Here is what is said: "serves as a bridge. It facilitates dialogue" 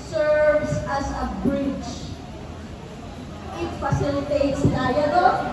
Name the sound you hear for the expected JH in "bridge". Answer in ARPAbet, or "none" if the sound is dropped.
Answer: CH